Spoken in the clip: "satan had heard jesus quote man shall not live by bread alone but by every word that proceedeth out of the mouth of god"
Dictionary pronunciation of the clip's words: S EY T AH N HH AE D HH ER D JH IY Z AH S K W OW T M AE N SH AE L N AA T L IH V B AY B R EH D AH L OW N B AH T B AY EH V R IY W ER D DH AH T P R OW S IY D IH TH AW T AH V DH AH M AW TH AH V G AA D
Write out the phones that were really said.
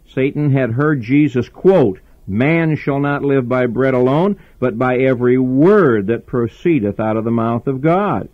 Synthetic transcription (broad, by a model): S EY T N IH D HH ER D JH IY Z AH S K W OW T M AE N SH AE L N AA T L IH V B AY B R EH D AH L OW N B AH T B AY EH V R IY W ER D DH AH T P R OW S IY D IH TH AW T AH V DH AH M AW TH AH V G AA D